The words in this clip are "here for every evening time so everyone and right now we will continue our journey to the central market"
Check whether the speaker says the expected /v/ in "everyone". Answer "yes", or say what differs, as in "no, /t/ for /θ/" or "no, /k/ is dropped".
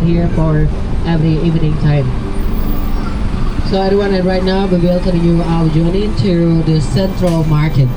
no, /v/ is dropped